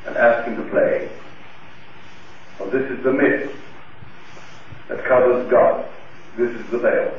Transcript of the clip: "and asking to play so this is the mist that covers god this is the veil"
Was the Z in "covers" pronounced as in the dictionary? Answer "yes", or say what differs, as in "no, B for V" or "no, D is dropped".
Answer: yes